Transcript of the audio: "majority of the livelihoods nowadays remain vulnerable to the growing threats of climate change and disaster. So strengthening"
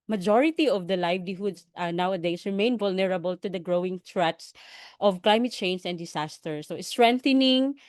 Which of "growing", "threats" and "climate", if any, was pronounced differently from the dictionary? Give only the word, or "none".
threats